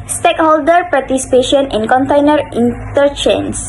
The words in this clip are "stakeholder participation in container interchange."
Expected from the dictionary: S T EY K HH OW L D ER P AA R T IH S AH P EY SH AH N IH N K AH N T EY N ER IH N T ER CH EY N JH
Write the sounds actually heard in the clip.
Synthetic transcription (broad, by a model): S T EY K HH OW L D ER P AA R T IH S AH P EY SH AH N IH N K AH N T EY N ER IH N T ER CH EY N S